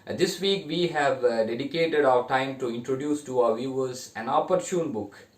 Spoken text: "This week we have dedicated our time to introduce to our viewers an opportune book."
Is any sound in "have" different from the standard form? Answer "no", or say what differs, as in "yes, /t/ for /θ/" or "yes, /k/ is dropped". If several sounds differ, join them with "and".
no